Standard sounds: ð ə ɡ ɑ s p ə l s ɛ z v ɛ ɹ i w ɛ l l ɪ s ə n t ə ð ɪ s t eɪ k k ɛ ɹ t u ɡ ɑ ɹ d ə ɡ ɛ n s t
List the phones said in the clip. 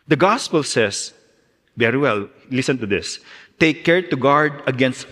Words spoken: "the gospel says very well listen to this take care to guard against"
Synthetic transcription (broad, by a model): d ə ɡ ɑ s p ə l s ɛ s v ɛ ɹ i w ɛ l l ɪ s ə n t ə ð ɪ s t eɪ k k ɛ ɹ t u ɡ ɑ ɹ d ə ɡ ɛ n s t